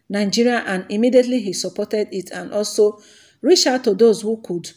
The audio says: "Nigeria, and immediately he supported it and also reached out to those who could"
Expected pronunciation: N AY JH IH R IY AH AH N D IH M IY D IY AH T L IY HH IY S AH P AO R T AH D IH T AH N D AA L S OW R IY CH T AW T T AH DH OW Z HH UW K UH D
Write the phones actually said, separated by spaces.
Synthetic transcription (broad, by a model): N AY JH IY R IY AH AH N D IH M IY D IY AH T L IY HH IY S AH P AO T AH D IH T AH N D AA L S OW R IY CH AW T T AH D OW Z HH UW K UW D